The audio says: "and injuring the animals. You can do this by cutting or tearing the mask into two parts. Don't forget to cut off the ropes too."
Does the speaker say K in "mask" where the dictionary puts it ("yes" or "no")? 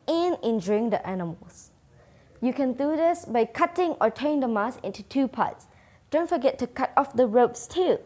no